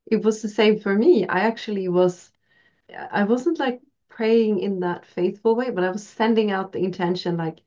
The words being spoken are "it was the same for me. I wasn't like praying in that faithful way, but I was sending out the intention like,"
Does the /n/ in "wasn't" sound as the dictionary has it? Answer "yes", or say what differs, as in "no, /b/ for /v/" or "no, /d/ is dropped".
yes